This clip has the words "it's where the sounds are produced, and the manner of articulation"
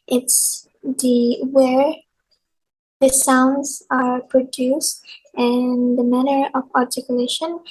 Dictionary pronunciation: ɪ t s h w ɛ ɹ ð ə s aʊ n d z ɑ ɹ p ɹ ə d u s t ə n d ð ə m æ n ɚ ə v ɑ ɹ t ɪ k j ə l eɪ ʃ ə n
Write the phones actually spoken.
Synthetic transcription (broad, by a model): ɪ t s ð w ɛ ɹ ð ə s aʊ n d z ɑ ɹ p ɹ ə d u s t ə n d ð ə m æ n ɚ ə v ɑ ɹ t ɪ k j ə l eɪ ʃ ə n